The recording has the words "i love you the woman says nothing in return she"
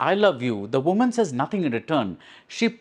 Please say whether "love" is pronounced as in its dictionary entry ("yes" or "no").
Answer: yes